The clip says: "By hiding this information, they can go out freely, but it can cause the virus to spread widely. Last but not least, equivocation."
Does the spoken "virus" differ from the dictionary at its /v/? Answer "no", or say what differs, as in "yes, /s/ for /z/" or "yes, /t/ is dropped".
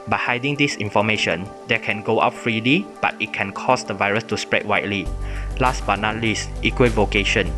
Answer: no